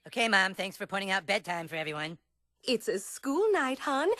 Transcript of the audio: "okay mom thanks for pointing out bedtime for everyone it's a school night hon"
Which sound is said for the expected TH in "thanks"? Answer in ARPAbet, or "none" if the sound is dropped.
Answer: TH